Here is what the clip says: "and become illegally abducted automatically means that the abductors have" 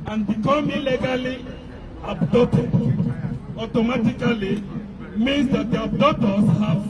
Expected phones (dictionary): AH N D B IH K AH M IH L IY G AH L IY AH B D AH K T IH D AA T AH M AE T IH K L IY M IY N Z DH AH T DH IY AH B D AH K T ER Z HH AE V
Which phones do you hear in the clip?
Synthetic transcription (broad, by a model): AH N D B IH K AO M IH L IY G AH L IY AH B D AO T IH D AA T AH M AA T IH K L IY M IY N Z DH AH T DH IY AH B D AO T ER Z HH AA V